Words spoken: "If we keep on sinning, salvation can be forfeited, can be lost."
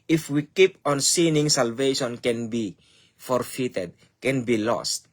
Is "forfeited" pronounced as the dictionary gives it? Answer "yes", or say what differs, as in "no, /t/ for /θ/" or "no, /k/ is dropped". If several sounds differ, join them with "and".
yes